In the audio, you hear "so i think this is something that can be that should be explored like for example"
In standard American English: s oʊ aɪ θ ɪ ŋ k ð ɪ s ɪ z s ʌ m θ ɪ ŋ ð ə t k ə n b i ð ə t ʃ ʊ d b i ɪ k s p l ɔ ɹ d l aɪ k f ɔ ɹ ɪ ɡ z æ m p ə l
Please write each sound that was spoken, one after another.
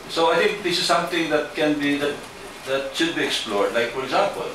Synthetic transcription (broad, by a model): s oʊ aɪ t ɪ ŋ k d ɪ s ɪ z s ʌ m t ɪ ŋ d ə t k ə n b i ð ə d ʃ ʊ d b i ɪ k s p l ɔ ɹ d l aɪ k f ɔ ɹ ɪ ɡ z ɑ m p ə l